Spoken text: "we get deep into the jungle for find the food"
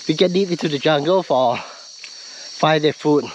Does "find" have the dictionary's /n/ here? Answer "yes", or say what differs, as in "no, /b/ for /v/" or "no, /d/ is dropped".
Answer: no, /n/ is dropped